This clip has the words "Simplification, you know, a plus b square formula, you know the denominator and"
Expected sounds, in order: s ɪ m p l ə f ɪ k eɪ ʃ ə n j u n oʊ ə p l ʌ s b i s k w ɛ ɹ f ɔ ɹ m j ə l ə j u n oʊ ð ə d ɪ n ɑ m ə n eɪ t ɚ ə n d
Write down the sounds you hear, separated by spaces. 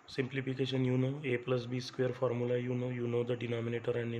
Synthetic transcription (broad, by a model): s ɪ m p l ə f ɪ k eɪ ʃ ə n j u n oʊ ə p l ʌ s b i s k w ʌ ɹ f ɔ ɹ m j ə n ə j u n oʊ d ə d ɪ n ɑ m ə n eɪ t ɚ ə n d